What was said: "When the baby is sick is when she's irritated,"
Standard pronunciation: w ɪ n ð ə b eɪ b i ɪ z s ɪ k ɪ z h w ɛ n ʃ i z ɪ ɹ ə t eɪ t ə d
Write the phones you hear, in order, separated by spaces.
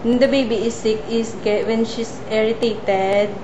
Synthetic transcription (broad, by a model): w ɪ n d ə b eɪ b i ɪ s ɪ k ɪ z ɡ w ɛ n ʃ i s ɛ ɹ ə t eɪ t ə d